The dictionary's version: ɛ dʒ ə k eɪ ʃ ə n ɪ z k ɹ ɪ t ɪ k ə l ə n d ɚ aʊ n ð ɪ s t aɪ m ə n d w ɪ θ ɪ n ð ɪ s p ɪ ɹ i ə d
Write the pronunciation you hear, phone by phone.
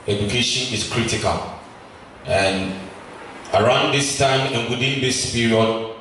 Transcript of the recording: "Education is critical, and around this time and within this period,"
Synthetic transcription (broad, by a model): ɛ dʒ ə k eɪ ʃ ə n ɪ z k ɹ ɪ t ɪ k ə l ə n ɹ aʊ n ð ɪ s t aɪ m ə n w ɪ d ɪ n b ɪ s p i ɹ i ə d